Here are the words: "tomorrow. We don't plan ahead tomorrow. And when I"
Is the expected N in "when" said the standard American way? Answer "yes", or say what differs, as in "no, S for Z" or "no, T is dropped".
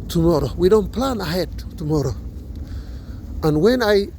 yes